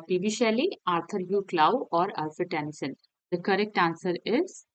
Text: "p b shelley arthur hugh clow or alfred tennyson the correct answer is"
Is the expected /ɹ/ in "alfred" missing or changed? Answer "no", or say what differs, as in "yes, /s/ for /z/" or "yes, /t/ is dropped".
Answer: yes, /ɹ/ is dropped